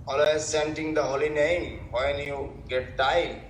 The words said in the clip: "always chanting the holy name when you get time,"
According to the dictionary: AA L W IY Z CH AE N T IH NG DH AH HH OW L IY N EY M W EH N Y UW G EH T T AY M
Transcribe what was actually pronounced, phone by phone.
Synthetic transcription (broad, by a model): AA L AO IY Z S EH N T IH NG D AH HH OW L IY N EY M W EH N Y UW G EH T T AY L